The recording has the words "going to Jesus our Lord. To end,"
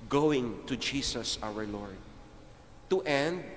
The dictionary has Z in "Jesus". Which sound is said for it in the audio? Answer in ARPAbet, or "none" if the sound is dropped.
S